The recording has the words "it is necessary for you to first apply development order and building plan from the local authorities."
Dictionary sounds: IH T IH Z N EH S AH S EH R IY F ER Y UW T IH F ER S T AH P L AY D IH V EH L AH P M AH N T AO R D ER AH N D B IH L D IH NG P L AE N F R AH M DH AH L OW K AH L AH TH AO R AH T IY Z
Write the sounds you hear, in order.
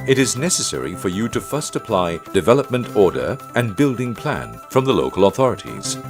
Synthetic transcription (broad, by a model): IH T IH Z N EH S AH S EH R IY F ER Y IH T IH F ER S T AH P L AY D IH V EH L AH P M AH N T AO R D ER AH N B IH L D IH NG P L AE N F R AH M DH AH L OW K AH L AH TH AO R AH T IY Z